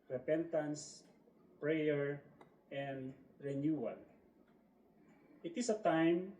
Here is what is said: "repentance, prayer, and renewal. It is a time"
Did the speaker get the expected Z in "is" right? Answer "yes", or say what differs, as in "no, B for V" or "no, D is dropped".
no, S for Z